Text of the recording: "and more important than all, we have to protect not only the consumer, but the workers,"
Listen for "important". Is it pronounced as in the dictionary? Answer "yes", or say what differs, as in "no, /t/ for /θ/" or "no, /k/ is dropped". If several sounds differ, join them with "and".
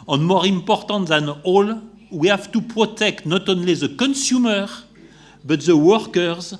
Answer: yes